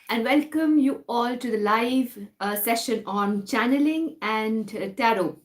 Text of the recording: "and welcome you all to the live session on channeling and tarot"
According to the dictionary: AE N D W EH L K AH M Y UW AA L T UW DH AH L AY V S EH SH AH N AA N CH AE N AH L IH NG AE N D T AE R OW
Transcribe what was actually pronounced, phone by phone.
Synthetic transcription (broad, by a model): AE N D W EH L K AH M Y UW AA L T UW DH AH L AY V S EH SH AH N AA N CH AE N AH L IH NG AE N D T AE R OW